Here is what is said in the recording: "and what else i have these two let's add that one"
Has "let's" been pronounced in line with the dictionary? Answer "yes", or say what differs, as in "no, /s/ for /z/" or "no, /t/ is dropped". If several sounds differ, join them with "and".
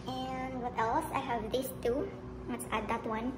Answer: no, /w/ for /l/